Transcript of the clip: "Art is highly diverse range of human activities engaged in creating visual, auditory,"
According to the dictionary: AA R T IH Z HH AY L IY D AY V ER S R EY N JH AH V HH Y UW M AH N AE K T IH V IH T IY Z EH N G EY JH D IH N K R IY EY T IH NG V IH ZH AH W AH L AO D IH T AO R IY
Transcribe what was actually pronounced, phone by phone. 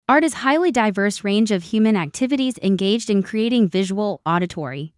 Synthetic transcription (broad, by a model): AA R T IH Z HH AY L IY D AY V ER S R EY N JH AH V HH Y UW M AH N AE K T IH V IH T IY Z EH N G EY JH D IH N K R IY EY T IH NG V IH ZH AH W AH L AO D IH T AO R IY